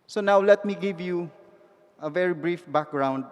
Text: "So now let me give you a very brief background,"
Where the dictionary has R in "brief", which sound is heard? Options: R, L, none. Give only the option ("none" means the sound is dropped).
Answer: R